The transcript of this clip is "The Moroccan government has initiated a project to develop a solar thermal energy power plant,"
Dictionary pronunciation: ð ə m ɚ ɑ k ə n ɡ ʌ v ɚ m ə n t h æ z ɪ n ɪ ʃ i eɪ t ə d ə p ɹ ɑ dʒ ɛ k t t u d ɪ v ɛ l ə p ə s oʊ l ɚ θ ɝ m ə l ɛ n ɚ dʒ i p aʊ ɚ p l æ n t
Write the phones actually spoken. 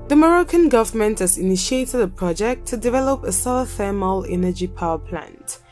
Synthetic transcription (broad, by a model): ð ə m ɚ ɑ k ə n ɡ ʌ v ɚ m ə n t h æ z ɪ n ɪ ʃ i eɪ t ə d ə p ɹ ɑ dʒ ɛ k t t u d ɪ v ɛ l ə p ə s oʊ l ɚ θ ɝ m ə l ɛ n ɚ dʒ i p aʊ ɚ p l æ n t